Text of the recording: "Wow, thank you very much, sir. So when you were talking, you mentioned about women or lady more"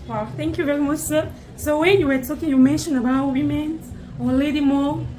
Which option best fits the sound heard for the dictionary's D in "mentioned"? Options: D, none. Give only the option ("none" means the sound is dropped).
none